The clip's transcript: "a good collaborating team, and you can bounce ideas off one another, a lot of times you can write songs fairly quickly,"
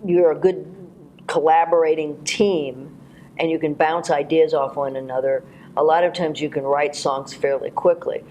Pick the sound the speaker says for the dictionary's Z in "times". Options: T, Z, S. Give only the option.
Z